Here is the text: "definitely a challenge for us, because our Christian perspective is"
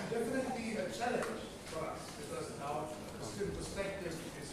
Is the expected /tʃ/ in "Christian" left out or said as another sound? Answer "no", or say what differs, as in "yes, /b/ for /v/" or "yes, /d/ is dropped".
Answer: yes, /tʃ/ is dropped